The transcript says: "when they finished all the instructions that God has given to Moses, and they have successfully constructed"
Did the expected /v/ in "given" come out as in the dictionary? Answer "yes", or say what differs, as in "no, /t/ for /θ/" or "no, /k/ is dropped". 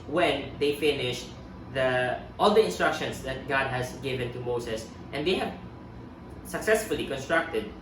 yes